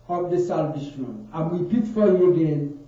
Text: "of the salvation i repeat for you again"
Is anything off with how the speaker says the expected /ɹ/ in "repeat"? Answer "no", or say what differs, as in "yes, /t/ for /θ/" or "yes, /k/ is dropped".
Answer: yes, /w/ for /ɹ/